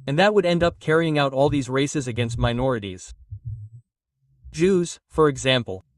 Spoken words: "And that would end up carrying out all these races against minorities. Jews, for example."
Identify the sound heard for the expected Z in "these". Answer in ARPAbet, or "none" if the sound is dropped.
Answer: Z